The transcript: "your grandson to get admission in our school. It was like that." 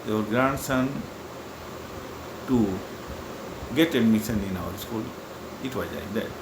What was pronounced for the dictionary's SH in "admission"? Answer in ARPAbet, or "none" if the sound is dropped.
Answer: S